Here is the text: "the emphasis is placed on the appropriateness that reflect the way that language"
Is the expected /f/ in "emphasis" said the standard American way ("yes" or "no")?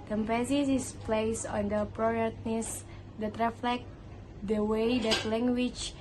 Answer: no